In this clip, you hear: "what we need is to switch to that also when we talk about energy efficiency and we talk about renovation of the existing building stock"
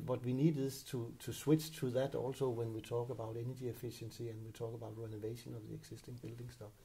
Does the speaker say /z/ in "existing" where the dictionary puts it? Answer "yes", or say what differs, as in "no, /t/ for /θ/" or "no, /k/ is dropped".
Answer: no, /s/ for /z/